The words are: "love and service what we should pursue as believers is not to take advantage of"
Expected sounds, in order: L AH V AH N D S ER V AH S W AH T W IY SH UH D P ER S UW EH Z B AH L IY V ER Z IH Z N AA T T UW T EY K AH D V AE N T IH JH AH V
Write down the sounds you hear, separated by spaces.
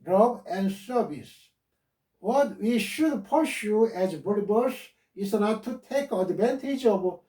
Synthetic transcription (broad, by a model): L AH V AH N D S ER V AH S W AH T W IY SH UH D P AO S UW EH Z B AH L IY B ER S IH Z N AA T T UW T EY K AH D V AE N T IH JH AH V